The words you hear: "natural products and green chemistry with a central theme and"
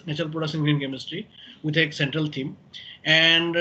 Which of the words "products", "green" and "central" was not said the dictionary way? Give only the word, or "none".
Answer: products